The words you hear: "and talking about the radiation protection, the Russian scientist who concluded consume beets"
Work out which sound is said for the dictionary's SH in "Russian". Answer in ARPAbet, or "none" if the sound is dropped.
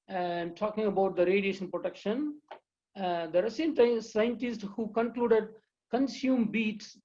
S